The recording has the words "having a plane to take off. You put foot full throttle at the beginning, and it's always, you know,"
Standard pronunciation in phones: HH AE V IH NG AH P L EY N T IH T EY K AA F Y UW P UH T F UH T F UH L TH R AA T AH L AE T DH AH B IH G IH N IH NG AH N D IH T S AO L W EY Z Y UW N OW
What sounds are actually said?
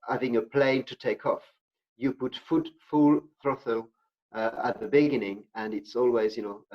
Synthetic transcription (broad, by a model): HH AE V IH NG AH P L EY N T IH T EY K AA F Y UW P UH T F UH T F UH L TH R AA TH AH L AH T DH AH B IH G IH N IH NG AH N IH T S AO L W EY Z Y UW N OW